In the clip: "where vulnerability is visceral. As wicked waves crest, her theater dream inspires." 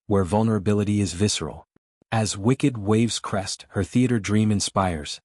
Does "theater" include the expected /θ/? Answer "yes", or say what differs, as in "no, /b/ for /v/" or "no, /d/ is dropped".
yes